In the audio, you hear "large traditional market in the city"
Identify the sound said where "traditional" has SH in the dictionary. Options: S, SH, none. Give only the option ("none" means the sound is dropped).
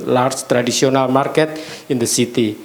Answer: S